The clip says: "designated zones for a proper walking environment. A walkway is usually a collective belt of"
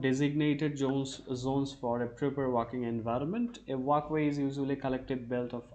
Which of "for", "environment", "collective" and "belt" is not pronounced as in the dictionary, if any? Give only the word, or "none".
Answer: none